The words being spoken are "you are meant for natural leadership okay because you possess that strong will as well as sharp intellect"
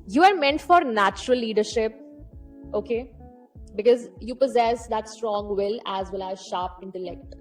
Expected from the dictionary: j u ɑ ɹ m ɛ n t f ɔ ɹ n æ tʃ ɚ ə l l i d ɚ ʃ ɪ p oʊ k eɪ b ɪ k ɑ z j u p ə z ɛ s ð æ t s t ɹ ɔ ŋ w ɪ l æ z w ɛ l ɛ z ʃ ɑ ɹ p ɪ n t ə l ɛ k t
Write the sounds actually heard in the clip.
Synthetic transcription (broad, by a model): j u ɑ ɹ m ɛ n t f ɔ ɹ n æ tʃ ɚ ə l l i d ɚ ʃ ɪ p oʊ k eɪ b ɪ k ɑ z j u p ə z ɛ s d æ t s t ɹ ɔ ŋ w ɪ l æ z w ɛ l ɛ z ʃ ɑ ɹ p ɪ n t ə l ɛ k t